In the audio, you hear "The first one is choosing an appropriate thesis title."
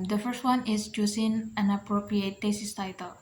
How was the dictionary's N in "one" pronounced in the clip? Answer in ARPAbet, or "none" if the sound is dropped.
N